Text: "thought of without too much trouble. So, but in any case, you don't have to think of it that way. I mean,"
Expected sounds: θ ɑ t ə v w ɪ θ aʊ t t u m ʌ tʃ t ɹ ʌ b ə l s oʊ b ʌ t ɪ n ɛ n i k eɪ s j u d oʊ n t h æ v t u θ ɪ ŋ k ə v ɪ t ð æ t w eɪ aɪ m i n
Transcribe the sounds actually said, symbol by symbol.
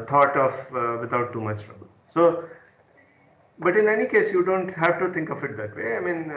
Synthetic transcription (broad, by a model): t ɑ t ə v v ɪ t aʊ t t u m ʌ tʃ t ɹ ʌ b ə l s oʊ b ʌ t ɪ n ɛ n i k eɪ s j u d oʊ n t h æ v t u t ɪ ŋ k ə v ɪ t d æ t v eɪ aɪ m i n